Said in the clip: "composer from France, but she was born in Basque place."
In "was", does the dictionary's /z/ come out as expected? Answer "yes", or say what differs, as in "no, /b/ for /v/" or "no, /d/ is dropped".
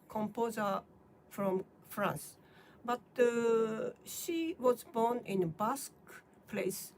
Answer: yes